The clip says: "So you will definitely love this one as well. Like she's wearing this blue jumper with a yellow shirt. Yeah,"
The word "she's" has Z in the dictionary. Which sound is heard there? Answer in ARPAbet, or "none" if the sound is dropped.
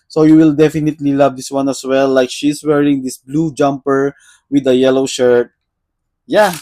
S